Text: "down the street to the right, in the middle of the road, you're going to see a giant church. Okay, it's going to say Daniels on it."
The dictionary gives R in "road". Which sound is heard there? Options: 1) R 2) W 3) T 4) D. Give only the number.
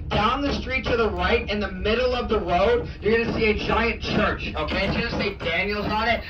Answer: 1